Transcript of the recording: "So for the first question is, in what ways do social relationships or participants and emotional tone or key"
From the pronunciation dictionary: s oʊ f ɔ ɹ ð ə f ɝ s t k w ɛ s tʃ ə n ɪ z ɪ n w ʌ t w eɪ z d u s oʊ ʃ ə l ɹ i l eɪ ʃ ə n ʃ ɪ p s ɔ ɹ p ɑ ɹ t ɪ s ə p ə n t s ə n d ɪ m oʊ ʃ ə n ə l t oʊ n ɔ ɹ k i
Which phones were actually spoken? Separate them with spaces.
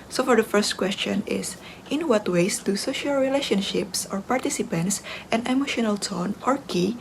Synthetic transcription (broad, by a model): s oʊ f ɔ ɹ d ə f ɝ s t k w ɛ s tʃ ə n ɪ s ɪ n w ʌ t w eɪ s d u s oʊ ʃ ə l ɹ i l eɪ ʃ ə n ʃ ɪ p s ɔ ɹ p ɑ ɹ t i s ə p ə n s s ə n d ɪ m oʊ ʃ ə n ə l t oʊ n ɔ ɹ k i